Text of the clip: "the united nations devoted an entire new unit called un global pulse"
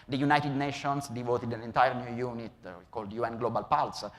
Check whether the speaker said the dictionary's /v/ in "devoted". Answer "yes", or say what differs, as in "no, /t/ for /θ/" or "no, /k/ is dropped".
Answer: yes